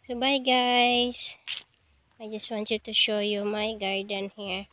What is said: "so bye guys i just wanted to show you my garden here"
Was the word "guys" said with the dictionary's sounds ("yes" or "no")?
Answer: no